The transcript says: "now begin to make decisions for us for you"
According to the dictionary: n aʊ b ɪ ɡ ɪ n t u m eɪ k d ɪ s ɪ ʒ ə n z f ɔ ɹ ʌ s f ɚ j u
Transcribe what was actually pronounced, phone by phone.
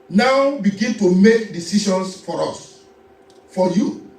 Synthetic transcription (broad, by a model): n aʊ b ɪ ɡ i n t u m eɪ k d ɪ s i ʃ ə n s f ɔ ɹ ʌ s f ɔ j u